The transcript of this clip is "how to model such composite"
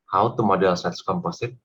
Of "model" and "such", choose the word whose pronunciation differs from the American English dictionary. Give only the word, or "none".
such